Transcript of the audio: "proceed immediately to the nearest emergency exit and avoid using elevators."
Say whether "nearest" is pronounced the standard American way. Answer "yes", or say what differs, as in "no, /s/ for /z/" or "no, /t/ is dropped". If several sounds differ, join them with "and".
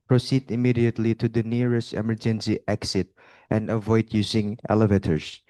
yes